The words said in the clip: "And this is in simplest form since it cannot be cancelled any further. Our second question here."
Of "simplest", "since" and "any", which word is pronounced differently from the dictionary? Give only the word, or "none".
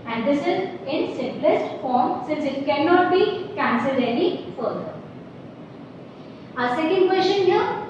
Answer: any